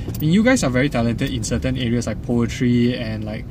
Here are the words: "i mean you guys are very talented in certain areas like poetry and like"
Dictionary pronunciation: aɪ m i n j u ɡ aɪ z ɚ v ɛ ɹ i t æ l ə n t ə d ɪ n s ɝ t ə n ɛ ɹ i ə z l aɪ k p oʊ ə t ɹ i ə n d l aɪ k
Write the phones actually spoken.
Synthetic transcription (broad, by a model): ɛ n j u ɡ aɪ s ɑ v ɛ ɹ i t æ l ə n t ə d ɪ n s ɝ t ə n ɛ ɹ i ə s l aɪ k p oʊ ə t ɹ i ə n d l aɪ k